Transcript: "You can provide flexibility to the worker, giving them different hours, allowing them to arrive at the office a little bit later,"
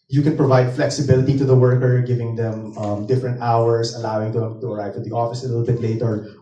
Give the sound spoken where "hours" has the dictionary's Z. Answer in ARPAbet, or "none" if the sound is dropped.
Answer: S